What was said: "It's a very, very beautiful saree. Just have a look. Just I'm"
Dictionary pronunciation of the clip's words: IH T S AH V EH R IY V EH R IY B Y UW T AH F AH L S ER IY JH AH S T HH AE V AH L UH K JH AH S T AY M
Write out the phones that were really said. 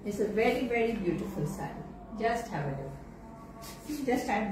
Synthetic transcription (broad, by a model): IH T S AH V EH R IY V EH R IY B Y UW T AH F AH L S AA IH JH AH S T HH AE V AH N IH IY JH AH S T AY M